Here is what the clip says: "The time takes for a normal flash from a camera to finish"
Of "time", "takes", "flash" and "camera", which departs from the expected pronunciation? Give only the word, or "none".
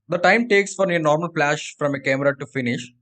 flash